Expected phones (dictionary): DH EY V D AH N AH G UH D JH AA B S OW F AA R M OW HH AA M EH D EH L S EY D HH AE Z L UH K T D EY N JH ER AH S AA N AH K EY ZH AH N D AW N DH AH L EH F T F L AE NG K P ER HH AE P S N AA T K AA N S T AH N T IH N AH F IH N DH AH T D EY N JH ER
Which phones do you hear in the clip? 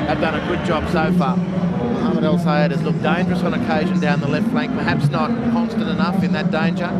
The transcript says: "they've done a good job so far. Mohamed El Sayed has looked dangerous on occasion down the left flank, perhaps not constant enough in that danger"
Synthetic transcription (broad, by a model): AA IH V D AH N AH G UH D JH AA B S OW F AA R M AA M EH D EH L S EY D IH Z L UH K D EY N JH ER AH S N AH K EY ZH AH N D AW N DH AH L EH F T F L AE NG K P ER HH AE P S N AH T K AA N S T AH N T IH N AH F IH N DH AH T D EY N JH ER